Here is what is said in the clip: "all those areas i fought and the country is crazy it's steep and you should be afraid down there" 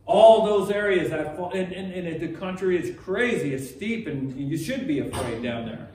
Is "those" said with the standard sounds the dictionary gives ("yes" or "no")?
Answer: yes